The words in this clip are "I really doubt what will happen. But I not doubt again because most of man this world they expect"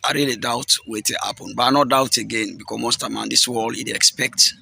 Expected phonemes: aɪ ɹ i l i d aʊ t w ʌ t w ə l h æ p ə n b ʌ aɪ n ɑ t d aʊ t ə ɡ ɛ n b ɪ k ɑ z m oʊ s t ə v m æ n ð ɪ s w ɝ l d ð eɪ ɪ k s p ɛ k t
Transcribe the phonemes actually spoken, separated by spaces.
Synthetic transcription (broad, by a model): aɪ ɹ i l i d aʊ t w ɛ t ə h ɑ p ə n b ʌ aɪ n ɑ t d aʊ t ə ɡ ɛ n b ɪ k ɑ m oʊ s t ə m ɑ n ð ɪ s w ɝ l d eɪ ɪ k s p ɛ k t